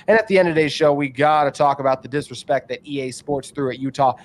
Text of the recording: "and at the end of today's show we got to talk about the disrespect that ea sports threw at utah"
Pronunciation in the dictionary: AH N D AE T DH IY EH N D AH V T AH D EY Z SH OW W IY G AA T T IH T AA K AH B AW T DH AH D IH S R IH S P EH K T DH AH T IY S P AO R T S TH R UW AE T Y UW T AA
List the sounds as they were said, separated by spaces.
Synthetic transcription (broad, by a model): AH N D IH T DH IY EH N D AH V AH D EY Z SH OW W IY G AA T T IH T AA K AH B AW T DH AH D IH S R IH S P EH K T DH AH T IY S P AO R T S TH R UW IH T Y UW T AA